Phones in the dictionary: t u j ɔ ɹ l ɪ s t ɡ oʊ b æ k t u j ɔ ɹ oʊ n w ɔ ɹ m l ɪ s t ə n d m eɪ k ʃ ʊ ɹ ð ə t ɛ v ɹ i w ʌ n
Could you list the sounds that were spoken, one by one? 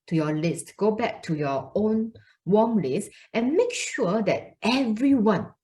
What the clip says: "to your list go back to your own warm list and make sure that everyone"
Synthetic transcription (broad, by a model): t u j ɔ l ɪ s t ɡ oʊ b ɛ k t u j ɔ oʊ n w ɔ m l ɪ s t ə n m eɪ k ʃ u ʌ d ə t ɛ v ɹ i w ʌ n